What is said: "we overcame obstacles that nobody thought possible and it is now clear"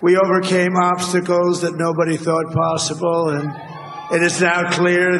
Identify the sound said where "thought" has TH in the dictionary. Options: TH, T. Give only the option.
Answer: TH